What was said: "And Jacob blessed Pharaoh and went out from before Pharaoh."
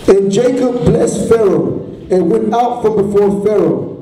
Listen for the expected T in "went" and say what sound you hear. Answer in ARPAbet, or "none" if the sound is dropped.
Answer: T